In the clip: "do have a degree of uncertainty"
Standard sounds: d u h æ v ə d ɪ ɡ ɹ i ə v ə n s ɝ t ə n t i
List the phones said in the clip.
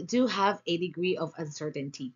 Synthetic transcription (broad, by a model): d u h æ v ə d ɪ ɡ ɹ i ə v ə n s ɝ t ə n t i